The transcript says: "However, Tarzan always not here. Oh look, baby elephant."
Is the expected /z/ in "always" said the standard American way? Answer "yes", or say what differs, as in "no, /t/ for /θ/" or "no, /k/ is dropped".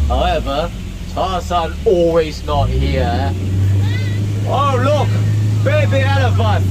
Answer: yes